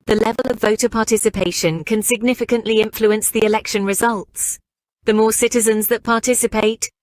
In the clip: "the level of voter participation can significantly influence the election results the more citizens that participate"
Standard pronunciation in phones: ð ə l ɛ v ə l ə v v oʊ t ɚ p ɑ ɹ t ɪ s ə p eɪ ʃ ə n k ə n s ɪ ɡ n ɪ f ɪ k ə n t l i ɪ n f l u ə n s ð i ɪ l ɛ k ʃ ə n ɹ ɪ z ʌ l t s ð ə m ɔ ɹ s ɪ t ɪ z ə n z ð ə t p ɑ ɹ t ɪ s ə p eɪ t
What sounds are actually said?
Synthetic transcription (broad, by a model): ð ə l ɛ v ə l ə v v oʊ t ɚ p ɑ t ɪ s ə p eɪ ʃ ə n k ə n s ɪ ɡ n ɪ f ɪ k ə n t l i ɪ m f l u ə n s ð i ɪ l ɛ k ʃ ə n ɹ ɪ z ʌ l t s ð ə m ɔ s ɪ t ɪ z ə n z ð ə t p ɑ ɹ t ɪ s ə p eɪ t